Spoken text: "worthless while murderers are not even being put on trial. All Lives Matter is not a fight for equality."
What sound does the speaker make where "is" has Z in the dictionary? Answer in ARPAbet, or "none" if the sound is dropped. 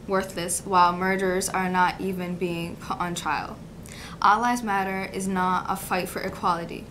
Z